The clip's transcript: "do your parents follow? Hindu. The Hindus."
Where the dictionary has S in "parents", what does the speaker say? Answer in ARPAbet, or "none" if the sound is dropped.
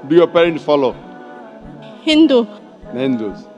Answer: none